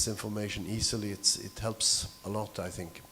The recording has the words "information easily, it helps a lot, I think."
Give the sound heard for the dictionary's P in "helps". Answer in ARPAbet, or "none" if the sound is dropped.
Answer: P